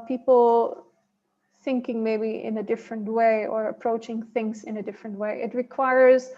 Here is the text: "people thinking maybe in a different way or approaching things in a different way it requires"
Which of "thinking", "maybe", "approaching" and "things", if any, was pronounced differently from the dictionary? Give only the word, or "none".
none